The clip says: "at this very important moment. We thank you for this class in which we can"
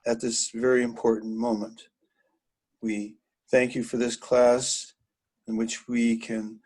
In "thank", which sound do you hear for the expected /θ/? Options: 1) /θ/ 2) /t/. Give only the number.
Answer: 1